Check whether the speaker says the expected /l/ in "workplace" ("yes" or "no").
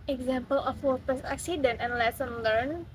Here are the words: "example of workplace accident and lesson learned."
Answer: no